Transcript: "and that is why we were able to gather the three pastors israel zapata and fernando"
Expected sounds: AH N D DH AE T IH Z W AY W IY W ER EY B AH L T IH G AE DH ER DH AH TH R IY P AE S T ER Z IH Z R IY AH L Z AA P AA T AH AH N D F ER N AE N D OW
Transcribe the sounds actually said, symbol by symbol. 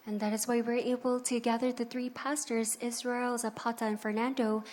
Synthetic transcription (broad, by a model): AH N DH AE T IH Z W AY W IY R EY B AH L T IH G AE DH ER DH AH TH R IY P AE S T ER Z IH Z R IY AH L Z AA P AA T AH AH N F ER N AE N D OW